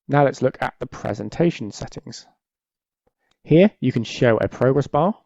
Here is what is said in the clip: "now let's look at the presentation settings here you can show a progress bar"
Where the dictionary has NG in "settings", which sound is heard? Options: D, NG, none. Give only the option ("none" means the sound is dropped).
NG